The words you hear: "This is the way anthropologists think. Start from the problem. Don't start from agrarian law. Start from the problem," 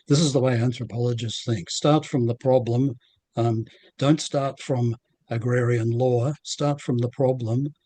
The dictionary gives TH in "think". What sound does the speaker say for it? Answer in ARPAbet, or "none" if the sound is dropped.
TH